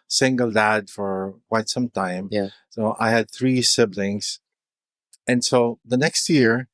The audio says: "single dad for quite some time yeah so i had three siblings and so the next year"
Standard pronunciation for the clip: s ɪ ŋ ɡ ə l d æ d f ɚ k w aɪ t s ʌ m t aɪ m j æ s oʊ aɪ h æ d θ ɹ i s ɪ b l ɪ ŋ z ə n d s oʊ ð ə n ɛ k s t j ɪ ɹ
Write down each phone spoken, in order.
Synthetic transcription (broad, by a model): s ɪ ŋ ɡ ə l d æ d f ɚ k w aɪ t s ʌ m t aɪ m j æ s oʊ aɪ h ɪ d θ ɹ i s ɪ b l ɪ ŋ z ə n s oʊ ð ə n ɛ k s t j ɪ ɹ